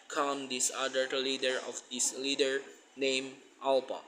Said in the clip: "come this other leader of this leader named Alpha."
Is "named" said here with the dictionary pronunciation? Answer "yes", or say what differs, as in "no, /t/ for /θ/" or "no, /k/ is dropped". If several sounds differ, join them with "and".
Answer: no, /d/ is dropped